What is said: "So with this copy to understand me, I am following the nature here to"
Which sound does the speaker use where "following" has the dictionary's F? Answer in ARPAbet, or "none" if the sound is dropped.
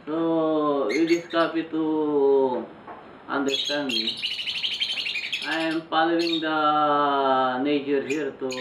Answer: P